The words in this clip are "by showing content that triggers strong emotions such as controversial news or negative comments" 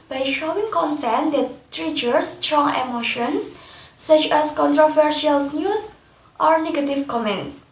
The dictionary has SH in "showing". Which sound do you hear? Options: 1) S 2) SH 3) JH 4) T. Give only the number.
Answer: 2